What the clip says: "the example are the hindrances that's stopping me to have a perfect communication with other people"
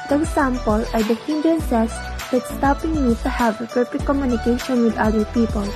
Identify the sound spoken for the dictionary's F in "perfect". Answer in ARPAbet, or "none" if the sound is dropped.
P